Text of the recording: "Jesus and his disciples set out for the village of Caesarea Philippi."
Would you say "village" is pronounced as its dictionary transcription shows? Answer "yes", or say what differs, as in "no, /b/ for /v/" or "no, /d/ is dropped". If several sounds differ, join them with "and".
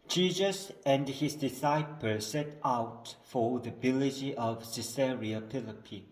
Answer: no, /b/ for /v/